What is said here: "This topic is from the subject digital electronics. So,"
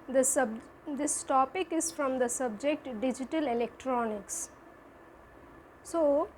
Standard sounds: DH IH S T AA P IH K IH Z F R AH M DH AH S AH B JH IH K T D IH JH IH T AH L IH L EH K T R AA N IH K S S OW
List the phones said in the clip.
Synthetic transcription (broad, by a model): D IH S T AA P IH K IH Z F R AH M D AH S AH B JH IH K T D IH JH IH T AH L IH L EH K T R AA N IH K S S OW